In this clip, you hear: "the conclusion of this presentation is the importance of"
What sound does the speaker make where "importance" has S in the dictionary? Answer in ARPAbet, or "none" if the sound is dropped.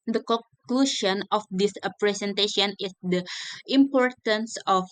S